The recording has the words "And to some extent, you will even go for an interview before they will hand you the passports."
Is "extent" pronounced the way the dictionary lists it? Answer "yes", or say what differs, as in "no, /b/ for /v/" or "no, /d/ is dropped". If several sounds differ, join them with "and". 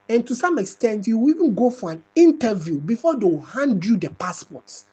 yes